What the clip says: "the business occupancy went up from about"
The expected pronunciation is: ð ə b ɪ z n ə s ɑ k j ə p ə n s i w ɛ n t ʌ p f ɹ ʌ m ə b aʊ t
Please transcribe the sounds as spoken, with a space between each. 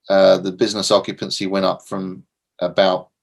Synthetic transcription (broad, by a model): ð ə b ɪ z n ə s ɑ k j ə p ə n s i w ɛ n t ʌ p f ɹ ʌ m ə b aʊ t